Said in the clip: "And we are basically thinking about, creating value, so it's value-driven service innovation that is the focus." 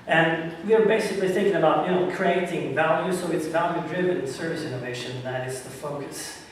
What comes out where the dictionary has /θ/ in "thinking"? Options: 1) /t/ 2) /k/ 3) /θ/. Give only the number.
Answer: 3